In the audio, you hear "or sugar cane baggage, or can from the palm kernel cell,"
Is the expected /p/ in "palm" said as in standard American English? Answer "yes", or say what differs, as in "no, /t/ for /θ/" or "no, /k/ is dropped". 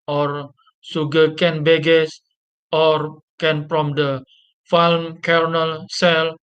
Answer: no, /f/ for /p/